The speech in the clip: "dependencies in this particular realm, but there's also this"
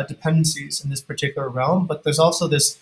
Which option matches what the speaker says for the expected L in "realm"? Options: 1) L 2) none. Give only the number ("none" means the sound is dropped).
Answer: 1